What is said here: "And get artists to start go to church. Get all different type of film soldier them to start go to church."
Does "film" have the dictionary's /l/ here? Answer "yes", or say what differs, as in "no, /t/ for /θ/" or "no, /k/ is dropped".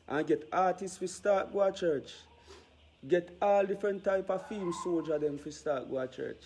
no, /l/ is dropped